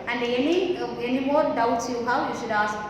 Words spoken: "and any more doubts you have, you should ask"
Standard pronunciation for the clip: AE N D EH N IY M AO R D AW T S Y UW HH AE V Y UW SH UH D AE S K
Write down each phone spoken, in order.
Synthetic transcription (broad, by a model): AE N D EH N IY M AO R D AW T S Y UW HH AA W Y UW SH UH D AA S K